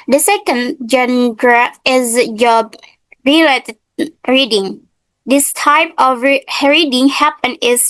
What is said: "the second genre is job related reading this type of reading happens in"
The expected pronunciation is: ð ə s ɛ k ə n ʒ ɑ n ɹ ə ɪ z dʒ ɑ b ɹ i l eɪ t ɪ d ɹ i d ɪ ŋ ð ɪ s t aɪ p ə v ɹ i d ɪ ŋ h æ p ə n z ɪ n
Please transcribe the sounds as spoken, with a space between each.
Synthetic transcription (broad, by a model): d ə s ɛ k ə n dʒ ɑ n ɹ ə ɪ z dʒ ɑ b ɹ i l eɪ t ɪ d ɹ i d ɪ ŋ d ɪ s t aɪ p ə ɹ ɹ i d ɪ ŋ h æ p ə n ɪ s